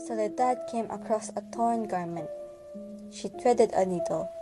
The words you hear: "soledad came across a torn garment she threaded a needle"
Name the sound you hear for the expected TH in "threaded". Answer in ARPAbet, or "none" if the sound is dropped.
T